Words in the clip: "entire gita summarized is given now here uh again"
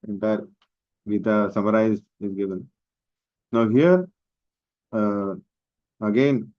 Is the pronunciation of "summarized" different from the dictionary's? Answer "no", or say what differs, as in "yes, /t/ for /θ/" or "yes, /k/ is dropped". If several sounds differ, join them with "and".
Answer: yes, /d/ is dropped